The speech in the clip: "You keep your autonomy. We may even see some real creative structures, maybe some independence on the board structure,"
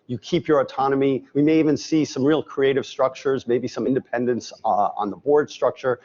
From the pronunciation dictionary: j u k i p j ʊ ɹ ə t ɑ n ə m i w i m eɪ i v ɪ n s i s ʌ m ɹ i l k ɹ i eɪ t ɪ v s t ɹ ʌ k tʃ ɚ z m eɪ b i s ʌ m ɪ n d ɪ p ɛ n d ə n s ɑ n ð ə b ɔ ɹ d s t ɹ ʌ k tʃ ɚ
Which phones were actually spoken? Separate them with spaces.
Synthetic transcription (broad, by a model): j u k i p j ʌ ɹ ə t ɑ n ə m i w i m eɪ i v ɪ n s i s ʌ m ɹ i l k ɹ i eɪ t ɪ v s t ɹ ʌ k tʃ ɚ z m eɪ b i s ʌ m ɪ n d ɪ p ɛ n d ə n s n ð ə b ɔ ɹ d s t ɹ ʌ k tʃ ɚ